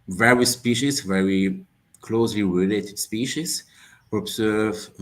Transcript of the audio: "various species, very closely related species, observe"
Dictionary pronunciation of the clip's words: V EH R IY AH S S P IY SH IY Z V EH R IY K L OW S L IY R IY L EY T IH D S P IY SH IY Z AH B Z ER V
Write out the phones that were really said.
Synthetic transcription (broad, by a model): V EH R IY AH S S P IY SH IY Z V EH R IY K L OW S L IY R IY L EY T IH D S P IY SH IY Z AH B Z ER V